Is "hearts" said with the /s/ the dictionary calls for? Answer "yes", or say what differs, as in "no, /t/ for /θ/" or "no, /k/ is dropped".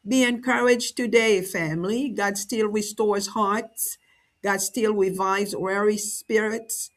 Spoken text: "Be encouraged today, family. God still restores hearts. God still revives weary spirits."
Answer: yes